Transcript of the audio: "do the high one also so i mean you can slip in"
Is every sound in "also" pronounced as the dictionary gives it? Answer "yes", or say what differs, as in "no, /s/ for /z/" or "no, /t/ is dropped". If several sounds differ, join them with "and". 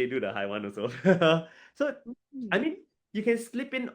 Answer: no, /l/ is dropped